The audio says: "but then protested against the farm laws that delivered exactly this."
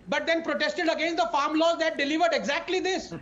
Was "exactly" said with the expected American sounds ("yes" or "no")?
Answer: yes